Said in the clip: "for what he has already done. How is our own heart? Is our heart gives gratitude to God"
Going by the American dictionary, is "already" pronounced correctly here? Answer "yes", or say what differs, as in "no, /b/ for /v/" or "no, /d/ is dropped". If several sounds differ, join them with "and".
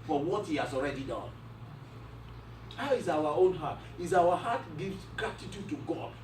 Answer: yes